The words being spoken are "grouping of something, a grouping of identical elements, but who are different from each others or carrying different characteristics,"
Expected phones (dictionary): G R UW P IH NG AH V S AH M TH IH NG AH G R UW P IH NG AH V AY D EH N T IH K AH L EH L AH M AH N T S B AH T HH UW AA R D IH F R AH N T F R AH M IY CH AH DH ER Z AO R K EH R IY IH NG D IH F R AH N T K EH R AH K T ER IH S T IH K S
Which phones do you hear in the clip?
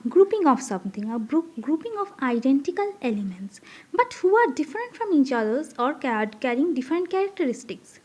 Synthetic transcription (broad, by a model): G R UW P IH NG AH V S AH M T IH NG AH G R UW P IH NG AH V AY D EH N T IH K AH L EH L AH M AH N T S B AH T HH UW AA R D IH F R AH N T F R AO M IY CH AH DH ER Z AO R K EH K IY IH NG D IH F R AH N T K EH R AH K T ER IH S T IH K S